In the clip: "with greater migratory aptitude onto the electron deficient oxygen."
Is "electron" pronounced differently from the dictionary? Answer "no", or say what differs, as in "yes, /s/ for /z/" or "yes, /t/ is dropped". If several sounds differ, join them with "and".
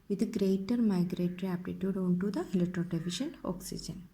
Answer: yes, /k/ is dropped